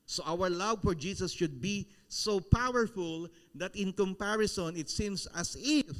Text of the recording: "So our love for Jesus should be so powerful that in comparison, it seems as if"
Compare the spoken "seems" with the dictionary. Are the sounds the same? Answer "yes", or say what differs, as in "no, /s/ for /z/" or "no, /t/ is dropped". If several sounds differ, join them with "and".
no, /s/ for /z/